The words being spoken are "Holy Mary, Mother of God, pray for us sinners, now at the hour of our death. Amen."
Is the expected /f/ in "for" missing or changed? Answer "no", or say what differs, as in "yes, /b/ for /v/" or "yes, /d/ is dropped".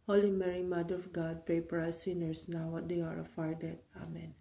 yes, /p/ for /f/